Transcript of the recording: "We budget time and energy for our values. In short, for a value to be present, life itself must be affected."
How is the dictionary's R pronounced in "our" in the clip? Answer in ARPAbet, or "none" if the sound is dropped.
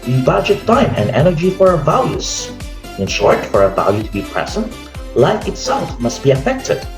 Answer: R